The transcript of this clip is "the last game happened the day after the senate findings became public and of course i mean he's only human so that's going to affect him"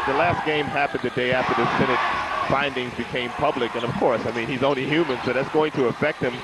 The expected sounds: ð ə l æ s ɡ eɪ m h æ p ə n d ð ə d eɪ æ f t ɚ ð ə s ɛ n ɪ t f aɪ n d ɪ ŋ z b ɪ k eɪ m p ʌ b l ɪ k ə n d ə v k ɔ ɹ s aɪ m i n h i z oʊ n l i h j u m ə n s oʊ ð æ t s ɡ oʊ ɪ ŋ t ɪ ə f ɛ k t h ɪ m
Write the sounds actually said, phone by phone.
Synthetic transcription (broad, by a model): ð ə l æ s ɡ eɪ m h æ p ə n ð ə d eɪ æ f t ɚ ð ə s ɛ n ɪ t f aɪ n d ɪ ŋ z b ɪ k eɪ m p ʌ b l ɪ k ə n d ə v k ɔ ɹ s aɪ m i n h i z oʊ n l i h j u m ə n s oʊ ð æ t s ɡ oʊ ɪ ŋ t ɪ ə f ɛ k t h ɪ m